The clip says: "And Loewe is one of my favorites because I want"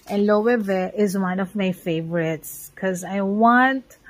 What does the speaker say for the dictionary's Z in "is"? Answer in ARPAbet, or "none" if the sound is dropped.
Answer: Z